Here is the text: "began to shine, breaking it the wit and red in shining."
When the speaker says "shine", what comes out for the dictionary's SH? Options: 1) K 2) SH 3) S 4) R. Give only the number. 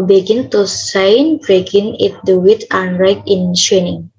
3